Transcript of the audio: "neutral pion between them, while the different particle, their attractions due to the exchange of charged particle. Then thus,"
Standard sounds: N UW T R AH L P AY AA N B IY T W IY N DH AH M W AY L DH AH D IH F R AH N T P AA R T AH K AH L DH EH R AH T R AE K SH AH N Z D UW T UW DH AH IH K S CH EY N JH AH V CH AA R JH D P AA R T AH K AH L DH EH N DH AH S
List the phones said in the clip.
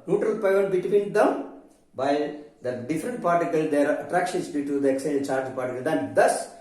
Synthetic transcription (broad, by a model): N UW T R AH L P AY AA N B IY T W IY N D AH M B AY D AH D IH F R AH N T P AA R T AH K AH L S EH R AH T R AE K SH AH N S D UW T UW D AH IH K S EY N CH AA R JH P AA R T AH K AH L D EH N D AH S